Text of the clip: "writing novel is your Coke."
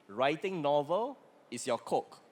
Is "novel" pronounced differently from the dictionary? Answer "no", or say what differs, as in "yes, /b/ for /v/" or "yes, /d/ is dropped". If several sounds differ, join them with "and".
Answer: no